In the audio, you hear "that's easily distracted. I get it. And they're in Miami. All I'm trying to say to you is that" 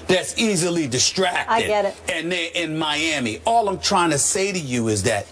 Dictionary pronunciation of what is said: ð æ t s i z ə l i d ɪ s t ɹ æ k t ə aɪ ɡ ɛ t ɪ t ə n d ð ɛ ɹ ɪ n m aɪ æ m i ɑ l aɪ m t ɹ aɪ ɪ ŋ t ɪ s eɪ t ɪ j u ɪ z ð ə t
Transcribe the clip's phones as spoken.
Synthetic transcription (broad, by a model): ð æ t s i z ə l i d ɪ s t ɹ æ k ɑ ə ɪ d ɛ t ɪ t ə n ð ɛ ɪ n m aɪ æ m i ɑ l aɪ m t ɹ aɪ ɪ ŋ t ɪ s eɪ t ɪ j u ɪ z ð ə t